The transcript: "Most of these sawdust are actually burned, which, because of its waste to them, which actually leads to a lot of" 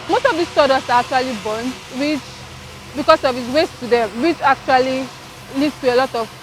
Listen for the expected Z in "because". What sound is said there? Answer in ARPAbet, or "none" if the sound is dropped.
S